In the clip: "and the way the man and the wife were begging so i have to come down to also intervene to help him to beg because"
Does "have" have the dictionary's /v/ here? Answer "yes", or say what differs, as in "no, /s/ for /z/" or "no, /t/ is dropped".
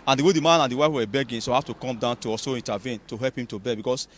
no, /f/ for /v/